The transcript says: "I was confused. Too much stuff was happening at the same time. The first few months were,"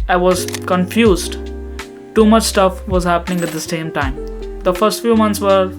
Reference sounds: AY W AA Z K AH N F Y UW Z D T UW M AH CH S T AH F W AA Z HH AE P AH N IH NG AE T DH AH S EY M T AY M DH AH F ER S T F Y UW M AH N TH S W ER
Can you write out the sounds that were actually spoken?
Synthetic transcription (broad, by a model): AY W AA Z K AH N F Y UW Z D T UW M AH CH S T AH F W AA Z HH AE P AH N IH NG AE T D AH S EY M T AY M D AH F ER S T F Y UW M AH N T S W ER